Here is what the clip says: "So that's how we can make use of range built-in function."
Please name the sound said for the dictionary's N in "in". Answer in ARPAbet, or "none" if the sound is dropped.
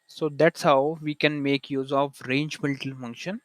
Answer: L